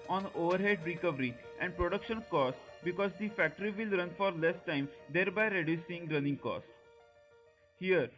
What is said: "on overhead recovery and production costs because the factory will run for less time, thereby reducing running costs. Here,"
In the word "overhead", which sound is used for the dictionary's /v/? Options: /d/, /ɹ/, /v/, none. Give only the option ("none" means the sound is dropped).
/v/